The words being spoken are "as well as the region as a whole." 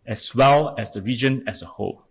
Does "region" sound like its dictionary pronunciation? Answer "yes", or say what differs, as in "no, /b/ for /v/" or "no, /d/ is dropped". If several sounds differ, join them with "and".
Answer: yes